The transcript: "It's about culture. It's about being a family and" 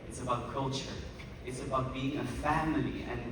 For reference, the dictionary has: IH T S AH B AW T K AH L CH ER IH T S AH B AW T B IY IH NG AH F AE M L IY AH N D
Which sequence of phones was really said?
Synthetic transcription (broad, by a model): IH T S AH B AW T K AH L CH ER IH T S AH B AW T B IY IH NG AH F AE M L IY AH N